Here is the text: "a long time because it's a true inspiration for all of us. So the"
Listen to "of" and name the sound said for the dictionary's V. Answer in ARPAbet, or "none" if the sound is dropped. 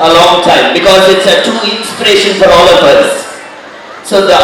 P